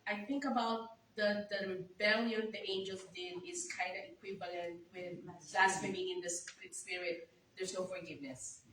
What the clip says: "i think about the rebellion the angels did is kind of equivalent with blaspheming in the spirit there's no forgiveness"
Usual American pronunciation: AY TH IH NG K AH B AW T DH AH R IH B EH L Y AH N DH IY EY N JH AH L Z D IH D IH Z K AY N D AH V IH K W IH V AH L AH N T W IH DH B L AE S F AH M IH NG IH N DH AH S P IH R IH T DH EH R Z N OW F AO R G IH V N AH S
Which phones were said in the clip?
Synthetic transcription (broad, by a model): AY TH IH NG K AH B AW T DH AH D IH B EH L Y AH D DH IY EY N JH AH L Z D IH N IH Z K AY N D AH IH K W IH V AH L AH N T W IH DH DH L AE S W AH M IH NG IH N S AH S P IH R IH T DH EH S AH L F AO R G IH V N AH S